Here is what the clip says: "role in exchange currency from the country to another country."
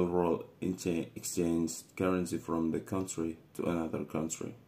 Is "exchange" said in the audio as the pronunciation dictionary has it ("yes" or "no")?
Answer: no